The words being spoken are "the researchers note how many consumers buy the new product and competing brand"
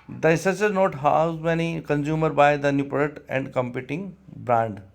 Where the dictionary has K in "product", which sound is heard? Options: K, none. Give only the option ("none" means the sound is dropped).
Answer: none